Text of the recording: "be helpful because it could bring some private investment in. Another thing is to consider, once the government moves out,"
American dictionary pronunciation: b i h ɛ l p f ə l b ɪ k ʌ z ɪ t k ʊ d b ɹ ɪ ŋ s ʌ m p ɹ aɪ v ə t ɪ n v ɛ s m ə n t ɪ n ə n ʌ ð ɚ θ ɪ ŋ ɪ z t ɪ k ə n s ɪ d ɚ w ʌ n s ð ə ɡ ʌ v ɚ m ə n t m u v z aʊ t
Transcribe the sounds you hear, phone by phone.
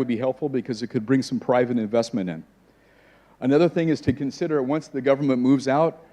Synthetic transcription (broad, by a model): b i h ɛ l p f l b ɪ k ʌ z ɪ t k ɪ d b ɹ ɪ ŋ s ʌ m p ɹ aɪ v ə t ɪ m v ɛ s m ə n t ɪ n ə n ʌ ð ɚ θ ɪ ŋ ɪ z t ɪ k ə n s ɪ d ɚ w ʌ n s ð ə ɡ ʌ v ɚ m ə n m u v z aʊ t